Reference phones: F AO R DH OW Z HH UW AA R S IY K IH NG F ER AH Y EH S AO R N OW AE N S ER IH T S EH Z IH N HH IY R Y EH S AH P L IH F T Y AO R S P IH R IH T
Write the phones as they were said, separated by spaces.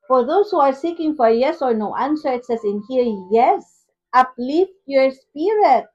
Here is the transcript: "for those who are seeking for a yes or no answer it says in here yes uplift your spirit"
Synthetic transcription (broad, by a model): F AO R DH OW S HH UW AA R S IY K IH NG F AH Y EH S AO R N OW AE N S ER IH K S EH S IH N HH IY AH Y EH S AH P L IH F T Y AO R S P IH R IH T